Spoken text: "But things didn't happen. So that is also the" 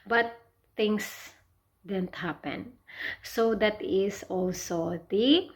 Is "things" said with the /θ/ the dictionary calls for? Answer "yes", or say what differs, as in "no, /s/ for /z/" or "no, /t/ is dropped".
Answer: no, /t/ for /θ/